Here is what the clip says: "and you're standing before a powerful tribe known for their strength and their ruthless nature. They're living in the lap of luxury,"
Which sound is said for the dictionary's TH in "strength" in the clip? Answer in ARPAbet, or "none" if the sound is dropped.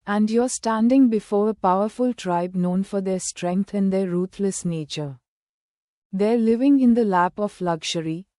T